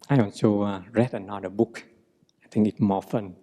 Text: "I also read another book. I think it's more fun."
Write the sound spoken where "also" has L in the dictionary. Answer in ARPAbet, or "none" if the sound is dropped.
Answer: N